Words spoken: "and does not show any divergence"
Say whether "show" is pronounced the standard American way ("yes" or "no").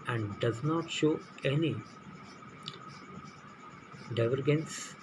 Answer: yes